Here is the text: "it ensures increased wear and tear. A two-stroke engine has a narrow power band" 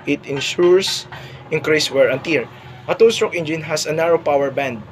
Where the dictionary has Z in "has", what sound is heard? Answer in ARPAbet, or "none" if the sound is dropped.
S